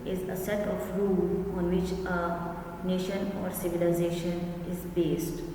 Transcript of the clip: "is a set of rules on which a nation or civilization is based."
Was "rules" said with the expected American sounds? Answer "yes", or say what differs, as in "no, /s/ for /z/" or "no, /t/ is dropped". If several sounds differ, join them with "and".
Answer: no, /z/ is dropped